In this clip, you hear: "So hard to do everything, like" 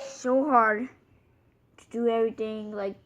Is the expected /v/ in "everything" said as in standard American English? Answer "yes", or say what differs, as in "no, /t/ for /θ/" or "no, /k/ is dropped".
yes